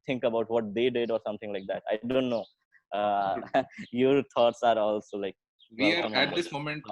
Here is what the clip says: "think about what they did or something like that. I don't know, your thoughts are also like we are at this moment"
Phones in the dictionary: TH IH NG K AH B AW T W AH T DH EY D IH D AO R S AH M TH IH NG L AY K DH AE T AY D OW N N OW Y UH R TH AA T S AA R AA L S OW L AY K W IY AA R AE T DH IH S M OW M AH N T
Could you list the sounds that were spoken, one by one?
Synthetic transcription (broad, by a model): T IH NG K AH B AW T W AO T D EY D IH D AO R S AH M T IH NG L AY K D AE T AY D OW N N OW Y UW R T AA T S AA R AA L S OW L AY K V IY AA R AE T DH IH S M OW M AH N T